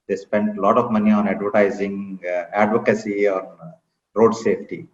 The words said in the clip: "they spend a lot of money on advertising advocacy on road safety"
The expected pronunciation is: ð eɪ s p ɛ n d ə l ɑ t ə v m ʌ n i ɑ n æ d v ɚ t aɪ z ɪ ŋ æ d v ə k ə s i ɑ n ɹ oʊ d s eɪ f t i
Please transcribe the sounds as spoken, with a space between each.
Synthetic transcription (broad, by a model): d eɪ s p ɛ n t l ɑ t ə v m ʌ n i ɑ n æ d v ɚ t aɪ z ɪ ŋ æ d v ə k ə s i ɑ n ɹ oʊ d s eɪ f t i